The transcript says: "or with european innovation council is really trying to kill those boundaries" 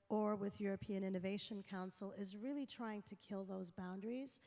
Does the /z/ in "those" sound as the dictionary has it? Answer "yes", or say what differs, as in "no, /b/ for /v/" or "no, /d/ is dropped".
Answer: yes